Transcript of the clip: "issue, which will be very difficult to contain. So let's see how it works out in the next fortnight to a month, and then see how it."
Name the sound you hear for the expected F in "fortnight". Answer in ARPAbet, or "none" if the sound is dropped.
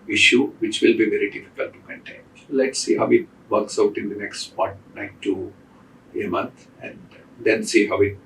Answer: P